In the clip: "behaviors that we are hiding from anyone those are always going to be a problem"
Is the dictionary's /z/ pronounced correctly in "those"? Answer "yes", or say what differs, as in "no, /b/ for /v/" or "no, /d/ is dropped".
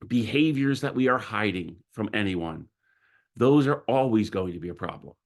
yes